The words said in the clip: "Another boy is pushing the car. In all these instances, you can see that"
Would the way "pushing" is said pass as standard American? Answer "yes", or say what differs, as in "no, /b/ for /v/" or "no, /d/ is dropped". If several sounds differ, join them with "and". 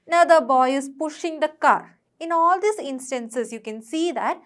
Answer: yes